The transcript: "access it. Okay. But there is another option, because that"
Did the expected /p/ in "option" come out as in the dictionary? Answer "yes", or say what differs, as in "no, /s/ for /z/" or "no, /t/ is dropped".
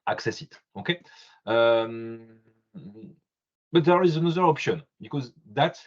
yes